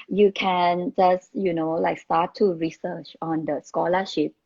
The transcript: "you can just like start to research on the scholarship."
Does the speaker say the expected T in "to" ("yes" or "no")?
yes